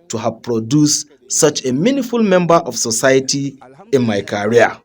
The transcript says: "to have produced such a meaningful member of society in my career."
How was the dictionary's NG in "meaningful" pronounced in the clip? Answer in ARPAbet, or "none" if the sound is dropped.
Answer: none